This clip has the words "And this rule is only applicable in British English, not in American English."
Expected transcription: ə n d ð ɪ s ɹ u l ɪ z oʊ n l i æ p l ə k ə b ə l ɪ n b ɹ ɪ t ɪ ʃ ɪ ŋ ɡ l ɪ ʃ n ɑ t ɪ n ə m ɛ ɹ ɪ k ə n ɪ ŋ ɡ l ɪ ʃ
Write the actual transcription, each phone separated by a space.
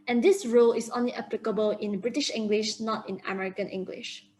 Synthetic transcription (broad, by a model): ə n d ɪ s ɹ u l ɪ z oʊ n l i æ p l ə k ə b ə l ɪ n b ɹ ɪ t ɪ ʃ ɪ ŋ ɡ l ɪ ʃ n ɑ t ɪ n ə m ɛ ɹ ɪ k ə n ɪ ŋ ɡ l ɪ ʃ